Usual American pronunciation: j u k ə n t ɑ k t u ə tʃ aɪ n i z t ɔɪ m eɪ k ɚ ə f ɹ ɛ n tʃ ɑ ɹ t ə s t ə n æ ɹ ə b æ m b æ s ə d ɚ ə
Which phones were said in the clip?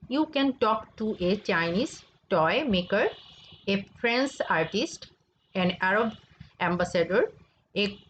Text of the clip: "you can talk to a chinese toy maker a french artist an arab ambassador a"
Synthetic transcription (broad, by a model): j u k ə n t ɑ k t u ə tʃ aɪ n i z t ɔɪ m eɪ k ɚ ə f ɹ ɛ n s ɑ ɹ t ə s t ə n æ ɹ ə b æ m b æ s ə d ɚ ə